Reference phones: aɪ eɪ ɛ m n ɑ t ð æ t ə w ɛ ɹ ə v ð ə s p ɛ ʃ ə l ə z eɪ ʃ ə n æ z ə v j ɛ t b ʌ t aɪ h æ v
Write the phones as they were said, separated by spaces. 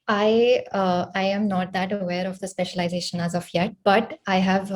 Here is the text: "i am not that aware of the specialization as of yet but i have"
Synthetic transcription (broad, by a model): aɪ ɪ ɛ m n ɑ t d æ t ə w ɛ ɹ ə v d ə s p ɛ ʃ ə l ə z eɪ ʃ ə n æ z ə f j ɛ t b ʌ t aɪ h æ v